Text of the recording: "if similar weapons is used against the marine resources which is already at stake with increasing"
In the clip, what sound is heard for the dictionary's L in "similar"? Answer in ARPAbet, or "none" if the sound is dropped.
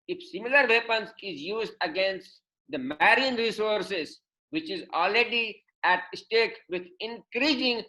L